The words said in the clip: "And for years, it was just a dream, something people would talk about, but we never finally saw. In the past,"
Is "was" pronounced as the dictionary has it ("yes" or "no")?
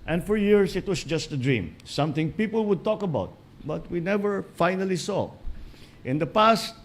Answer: no